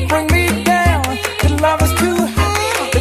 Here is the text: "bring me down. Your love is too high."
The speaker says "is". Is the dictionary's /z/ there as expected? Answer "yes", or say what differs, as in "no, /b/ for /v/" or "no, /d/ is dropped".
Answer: no, /s/ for /z/